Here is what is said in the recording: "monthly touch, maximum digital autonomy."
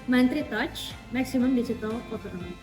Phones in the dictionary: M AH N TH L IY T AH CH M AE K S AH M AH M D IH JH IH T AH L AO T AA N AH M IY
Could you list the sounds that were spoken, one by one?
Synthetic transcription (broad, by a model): M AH N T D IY T AH CH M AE K S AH M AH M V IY CH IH T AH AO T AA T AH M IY